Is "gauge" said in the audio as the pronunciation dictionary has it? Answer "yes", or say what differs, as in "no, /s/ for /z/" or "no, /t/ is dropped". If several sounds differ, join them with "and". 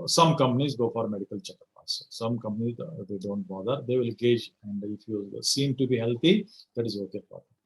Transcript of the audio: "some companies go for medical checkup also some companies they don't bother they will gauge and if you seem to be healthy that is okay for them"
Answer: yes